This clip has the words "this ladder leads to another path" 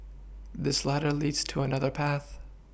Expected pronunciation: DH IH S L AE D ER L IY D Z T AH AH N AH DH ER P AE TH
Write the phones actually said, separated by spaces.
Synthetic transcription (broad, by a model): DH IH S L AE D ER L IY D Z T AH AH N AH DH ER P AE TH